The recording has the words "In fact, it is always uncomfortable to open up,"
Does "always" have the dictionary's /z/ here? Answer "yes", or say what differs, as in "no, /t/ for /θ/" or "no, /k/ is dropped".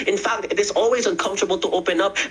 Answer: yes